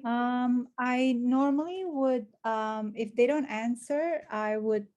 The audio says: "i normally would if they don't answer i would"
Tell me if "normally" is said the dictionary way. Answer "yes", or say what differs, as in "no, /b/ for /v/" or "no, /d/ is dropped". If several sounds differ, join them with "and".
yes